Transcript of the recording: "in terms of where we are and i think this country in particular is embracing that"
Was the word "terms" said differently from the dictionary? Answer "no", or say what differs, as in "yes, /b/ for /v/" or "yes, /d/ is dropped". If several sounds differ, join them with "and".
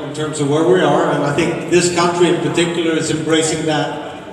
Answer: no